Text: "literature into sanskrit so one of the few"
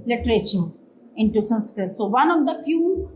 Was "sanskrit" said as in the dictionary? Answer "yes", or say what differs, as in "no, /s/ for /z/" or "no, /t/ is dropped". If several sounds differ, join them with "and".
no, /ɹ/ is dropped